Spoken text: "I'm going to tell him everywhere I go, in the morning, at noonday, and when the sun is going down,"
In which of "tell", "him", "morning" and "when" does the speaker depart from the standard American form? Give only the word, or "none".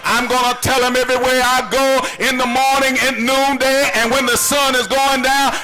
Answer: none